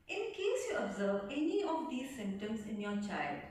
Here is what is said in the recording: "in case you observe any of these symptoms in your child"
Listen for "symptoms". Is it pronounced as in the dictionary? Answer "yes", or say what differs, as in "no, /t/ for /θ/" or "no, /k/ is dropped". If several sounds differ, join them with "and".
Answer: no, /p/ is dropped